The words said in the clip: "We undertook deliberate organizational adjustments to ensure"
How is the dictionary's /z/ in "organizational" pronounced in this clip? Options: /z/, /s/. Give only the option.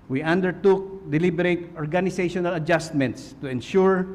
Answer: /s/